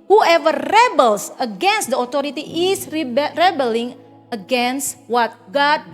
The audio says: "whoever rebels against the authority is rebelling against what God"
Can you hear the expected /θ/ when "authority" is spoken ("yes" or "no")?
no